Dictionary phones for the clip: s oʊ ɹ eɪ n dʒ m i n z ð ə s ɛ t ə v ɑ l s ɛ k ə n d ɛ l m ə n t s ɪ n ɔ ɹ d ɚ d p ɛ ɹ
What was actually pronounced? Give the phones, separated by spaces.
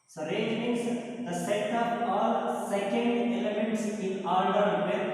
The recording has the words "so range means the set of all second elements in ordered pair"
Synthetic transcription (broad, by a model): s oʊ ɹ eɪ dʒ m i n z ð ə s ɛ t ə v ɑ l s ɛ k ə n d ɛ l m ə n t s ɪ n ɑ l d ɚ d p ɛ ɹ